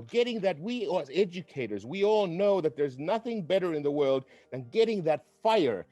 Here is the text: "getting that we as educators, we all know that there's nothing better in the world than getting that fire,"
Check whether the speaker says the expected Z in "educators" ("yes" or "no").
yes